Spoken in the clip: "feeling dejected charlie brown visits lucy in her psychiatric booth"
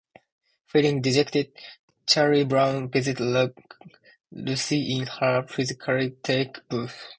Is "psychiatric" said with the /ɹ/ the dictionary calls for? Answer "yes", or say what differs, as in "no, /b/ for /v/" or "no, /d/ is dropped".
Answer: no, /ɹ/ is dropped